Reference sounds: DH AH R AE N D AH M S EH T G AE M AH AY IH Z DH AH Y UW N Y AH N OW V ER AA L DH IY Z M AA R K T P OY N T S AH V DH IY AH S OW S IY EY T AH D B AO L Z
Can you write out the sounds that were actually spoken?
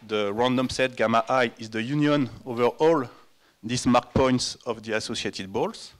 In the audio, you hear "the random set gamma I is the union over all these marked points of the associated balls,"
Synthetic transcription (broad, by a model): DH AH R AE N D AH M S EH T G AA M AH AY IH Z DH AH Y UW N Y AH N OW V ER AA L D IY S M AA R K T P OY N T S AH V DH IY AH S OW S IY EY T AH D B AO L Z